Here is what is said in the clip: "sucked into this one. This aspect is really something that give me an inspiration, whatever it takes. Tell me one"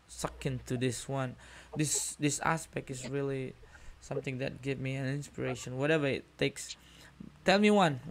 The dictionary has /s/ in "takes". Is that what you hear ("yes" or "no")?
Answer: yes